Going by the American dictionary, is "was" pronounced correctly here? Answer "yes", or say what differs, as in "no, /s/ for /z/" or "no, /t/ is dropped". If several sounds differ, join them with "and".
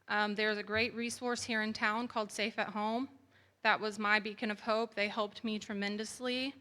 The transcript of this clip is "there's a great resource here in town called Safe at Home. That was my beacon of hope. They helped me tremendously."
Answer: yes